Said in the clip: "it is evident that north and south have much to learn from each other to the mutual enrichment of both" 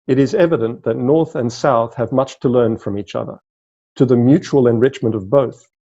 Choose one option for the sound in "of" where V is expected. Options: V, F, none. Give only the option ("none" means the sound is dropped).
V